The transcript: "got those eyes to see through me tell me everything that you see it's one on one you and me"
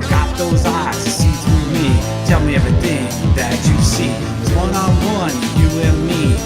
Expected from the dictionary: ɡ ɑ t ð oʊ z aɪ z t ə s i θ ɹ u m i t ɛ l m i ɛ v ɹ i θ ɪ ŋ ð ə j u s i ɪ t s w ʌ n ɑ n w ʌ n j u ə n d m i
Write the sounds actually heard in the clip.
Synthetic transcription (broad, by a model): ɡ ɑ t ð oʊ z aɪ z s i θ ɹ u m i t ɛ l m i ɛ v i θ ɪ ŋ ð ə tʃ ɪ s i w ʌ n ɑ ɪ w ʌ n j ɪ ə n m i